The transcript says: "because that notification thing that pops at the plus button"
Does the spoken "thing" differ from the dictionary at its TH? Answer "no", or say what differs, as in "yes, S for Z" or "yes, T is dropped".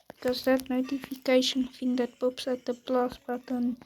yes, F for TH